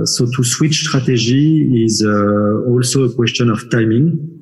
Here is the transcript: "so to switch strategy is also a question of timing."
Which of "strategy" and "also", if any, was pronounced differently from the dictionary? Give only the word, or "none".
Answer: strategy